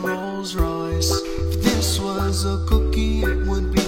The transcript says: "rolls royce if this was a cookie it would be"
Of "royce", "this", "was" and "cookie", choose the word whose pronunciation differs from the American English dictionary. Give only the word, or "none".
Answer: royce